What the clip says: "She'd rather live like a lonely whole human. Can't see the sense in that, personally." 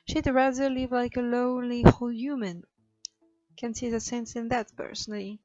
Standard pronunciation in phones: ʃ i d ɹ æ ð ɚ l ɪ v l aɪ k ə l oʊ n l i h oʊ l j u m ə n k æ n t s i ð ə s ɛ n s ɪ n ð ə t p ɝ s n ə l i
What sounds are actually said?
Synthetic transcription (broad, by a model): ʃ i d ɹ æ ð ɚ l ɪ v l aɪ k ə l oʊ l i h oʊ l j u m ə n k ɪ n s i ð ə s ɛ n s ɪ n ð ə t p ɝ s n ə l i